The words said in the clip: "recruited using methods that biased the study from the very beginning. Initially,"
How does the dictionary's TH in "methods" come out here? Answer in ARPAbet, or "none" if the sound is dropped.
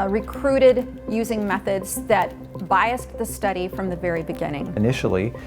TH